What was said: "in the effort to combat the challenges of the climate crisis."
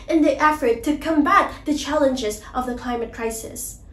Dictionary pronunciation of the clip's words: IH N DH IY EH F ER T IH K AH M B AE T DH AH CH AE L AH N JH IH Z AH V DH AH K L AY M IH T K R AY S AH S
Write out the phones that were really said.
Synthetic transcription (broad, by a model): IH N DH IY EH F ER T IH K AH M B AE T DH AH CH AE L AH N JH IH Z AH V DH AH K L AY M IH T K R AY S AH S